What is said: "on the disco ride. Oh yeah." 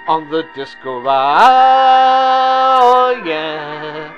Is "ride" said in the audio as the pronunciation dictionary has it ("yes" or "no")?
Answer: no